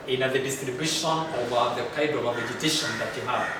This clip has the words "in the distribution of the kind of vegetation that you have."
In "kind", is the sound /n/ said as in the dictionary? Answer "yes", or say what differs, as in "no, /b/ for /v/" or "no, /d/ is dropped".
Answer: no, /n/ is dropped